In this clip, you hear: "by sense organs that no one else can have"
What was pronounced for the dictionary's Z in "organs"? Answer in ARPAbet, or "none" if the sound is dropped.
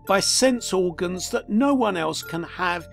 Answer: Z